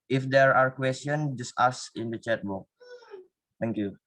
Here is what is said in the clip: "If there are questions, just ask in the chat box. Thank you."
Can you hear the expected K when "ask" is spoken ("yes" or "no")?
no